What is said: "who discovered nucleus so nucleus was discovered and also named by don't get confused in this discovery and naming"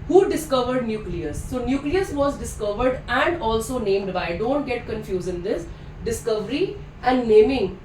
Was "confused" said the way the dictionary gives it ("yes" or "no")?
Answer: no